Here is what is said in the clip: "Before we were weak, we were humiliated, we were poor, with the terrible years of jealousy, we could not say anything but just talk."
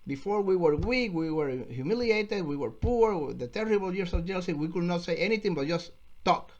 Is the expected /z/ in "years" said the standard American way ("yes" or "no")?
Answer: no